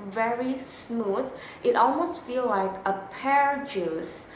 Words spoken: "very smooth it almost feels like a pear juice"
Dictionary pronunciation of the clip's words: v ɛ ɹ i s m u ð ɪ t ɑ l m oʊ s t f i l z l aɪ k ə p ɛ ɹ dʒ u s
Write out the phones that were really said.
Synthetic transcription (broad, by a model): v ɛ ɹ i s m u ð ɪ t ɑ l m oʊ s t f i l l aɪ k ə p ɛ ɹ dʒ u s